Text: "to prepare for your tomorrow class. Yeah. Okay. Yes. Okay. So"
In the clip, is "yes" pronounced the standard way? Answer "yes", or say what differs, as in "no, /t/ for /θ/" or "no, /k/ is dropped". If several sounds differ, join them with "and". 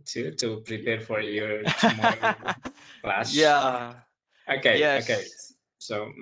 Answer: no, /s/ is dropped